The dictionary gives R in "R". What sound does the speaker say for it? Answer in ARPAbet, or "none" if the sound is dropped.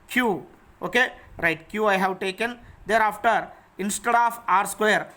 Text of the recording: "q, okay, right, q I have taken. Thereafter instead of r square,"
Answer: R